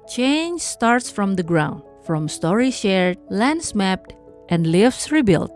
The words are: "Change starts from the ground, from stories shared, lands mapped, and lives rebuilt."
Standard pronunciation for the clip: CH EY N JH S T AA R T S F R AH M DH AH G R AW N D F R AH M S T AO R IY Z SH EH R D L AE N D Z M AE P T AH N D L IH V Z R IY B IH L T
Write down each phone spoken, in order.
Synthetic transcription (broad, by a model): CH EY N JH S T AA R T S F R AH M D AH G R AW N D F R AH M S T AO R IY SH EH R D L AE N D S M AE P T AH N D L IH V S R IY B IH L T